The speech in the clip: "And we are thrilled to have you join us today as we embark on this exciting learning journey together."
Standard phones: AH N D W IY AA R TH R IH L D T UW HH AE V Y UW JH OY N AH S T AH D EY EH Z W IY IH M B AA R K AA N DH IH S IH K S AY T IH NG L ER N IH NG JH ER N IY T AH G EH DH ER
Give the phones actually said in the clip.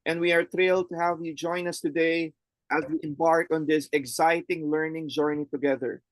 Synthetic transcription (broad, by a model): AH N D W IY AA R T R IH L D T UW HH AE V Y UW JH OY N AH S T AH D EY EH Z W IY IH M B AA R K AA N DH IH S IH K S AY T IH NG L ER N IH NG JH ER N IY T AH G EH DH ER